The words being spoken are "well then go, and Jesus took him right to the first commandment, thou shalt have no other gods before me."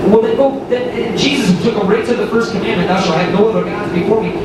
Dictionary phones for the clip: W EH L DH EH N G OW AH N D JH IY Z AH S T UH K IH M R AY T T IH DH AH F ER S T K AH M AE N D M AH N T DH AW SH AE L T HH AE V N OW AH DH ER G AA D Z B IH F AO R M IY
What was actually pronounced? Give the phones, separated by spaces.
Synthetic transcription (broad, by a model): W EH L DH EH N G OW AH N JH IY Z AH S T UH K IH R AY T T IH DH AH F ER S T K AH M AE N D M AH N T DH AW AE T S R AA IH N OW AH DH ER G AA D Z B IH F AO R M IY